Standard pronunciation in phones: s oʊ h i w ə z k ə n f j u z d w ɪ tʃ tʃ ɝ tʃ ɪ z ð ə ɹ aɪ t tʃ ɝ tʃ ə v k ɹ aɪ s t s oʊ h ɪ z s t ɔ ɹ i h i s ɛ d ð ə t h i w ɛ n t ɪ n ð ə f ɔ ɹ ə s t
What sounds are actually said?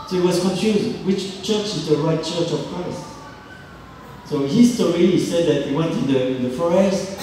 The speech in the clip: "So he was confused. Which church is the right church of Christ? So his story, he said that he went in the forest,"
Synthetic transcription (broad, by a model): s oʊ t w ə z k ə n f j u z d w ɪ tʃ tʃ ɝ tʃ ɪ z ð ə ɹ aɪ t tʃ ɝ tʃ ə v k ɹ aɪ s t s oʊ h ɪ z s t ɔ ɹ i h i s ɛ d ð ə t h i w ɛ n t ɪ n ð ə f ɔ ɹ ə s t